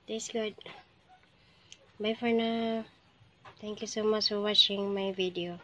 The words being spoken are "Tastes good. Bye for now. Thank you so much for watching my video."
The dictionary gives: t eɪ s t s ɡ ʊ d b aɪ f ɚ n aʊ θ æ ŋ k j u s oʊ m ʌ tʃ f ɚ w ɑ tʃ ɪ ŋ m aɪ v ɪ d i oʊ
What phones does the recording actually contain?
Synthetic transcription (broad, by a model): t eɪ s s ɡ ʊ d b aɪ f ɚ n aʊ t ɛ ŋ k j u s oʊ m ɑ tʃ f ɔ w ɑ tʃ ɪ ŋ m aɪ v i d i oʊ